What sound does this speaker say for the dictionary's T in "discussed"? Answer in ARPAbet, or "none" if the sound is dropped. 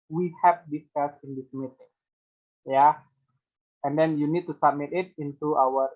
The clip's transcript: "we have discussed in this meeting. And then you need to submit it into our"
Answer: none